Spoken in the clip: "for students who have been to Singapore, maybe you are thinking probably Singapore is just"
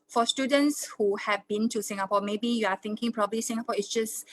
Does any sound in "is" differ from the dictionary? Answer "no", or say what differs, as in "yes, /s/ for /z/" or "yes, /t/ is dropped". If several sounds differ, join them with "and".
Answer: yes, /s/ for /z/